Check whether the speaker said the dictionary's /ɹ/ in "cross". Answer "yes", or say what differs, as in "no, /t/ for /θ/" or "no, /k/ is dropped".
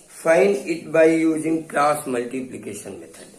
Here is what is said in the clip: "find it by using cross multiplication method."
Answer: no, /l/ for /ɹ/